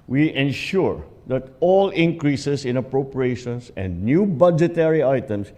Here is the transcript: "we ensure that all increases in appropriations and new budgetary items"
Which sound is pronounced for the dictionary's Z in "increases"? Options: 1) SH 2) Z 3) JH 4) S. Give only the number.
4